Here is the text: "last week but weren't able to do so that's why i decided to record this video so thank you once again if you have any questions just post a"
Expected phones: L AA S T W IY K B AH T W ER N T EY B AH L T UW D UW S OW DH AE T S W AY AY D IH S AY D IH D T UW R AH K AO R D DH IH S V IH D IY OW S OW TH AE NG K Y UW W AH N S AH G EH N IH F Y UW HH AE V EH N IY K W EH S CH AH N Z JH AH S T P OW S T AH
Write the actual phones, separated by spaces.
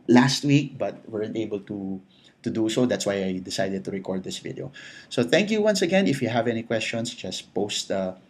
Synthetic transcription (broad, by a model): L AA S T W IY K B AH T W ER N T EY B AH L T UW D UW S OW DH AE T S W AY AY D IH S AY D IH D T UW R AH K AO R D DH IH S V IH D IY OW S OW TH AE NG K Y UW W AH N S AH G EH N IH F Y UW HH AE V EH N IY K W EH S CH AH N S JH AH S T P OW S T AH